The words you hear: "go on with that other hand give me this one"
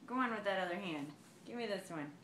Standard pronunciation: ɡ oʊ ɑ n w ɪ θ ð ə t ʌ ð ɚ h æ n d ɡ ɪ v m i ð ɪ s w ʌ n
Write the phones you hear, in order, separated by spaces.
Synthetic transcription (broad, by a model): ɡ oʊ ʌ n w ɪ ð ə t ʌ ð ɚ h æ n d ɡ ɪ v m i ð ɪ s w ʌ n